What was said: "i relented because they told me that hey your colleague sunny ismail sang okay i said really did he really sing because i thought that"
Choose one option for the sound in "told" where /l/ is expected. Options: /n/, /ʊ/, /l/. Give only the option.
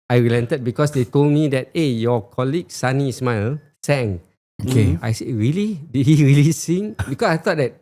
/l/